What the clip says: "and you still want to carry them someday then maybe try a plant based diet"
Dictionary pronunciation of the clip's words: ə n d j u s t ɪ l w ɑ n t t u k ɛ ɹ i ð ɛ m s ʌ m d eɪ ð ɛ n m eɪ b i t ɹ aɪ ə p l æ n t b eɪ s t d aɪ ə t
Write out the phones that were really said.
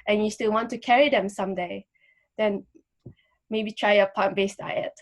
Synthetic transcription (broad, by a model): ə n j u s t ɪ l w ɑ n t t u k ɛ ɹ i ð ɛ m s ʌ m d eɪ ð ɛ n m eɪ b i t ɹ aɪ ə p ɑ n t b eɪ s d aɪ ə t